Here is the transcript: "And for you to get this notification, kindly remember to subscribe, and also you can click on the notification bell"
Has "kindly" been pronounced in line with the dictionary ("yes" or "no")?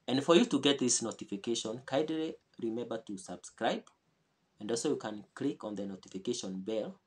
no